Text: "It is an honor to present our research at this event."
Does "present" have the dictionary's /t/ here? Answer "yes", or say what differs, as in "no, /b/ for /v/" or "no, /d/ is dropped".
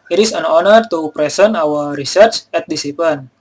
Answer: no, /t/ is dropped